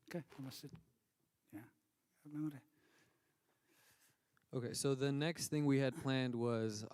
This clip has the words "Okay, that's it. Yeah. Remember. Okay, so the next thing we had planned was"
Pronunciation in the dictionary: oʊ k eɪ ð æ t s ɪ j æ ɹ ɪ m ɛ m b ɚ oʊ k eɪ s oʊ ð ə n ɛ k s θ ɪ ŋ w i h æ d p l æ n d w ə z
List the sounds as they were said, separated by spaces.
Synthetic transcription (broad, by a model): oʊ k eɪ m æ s ɪ j æ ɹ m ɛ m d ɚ oʊ k eɪ s oʊ ð ə n ɛ k s θ ɪ ŋ w i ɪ d p l æ n d w ə z